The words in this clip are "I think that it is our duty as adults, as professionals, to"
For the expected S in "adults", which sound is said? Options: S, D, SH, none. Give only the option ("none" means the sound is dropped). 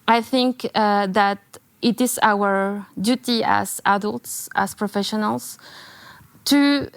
S